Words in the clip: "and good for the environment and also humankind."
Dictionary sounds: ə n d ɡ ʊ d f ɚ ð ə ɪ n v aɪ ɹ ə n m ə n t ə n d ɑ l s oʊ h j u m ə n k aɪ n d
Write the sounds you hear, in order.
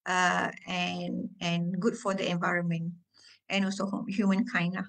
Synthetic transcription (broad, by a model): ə n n ɡ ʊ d f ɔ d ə ɪ n v aɪ ɹ ə n m ə n t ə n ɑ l s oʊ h j u m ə n k aɪ n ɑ